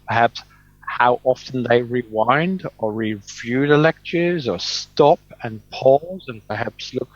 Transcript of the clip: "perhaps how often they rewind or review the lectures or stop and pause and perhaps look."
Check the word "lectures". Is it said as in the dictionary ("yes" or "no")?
yes